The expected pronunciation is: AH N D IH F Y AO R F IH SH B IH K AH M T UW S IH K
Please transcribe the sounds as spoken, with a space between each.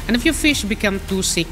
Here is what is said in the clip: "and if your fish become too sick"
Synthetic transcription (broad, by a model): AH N IH F Y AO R F IH SH B IH K AH M T UW S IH K